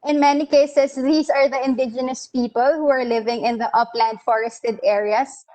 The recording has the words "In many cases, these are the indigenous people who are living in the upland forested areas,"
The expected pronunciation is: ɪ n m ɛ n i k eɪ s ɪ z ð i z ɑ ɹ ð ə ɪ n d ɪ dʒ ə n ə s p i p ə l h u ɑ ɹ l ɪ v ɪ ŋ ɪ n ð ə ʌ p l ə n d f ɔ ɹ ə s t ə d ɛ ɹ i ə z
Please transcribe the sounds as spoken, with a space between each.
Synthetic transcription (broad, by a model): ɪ n m ɛ n i k eɪ s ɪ s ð i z ɑ ɹ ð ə ɪ n d ɪ dʒ ə n ə s p i p ə l h u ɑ ɹ l ɪ v ɪ ŋ ɪ n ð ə ʌ p l ə n d f ɔ ɹ ə s t ə d ɛ ɹ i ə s